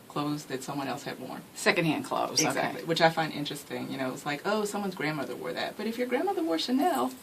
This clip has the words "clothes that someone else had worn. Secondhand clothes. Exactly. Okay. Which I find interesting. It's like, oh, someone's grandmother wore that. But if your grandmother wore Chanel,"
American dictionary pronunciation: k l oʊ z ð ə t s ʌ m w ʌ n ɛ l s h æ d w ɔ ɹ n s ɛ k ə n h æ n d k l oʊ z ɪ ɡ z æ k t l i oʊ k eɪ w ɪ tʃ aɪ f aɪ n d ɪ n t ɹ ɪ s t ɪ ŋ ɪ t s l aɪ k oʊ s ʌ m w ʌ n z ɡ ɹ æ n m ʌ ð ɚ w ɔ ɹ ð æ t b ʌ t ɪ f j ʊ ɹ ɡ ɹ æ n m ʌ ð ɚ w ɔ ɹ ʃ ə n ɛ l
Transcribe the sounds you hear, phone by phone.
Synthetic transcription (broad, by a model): k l oʊ z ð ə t s ʌ m w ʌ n ɛ l s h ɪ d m ɔ ɹ s ɛ k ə n h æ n k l oʊ ɪ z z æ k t l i w ɪ tʃ aɪ f aɪ n d ɪ n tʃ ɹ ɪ s t ɪ ŋ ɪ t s l aɪ k oʊ s ʌ m w ʌ n z ɡ ɹ æ n m ʌ ð ɚ w ɔ ɹ ð æ t b ʌ t ɪ f j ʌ ɹ ɡ ɹ æ n m ʌ ð ɚ w ɔ ɹ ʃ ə n ɛ l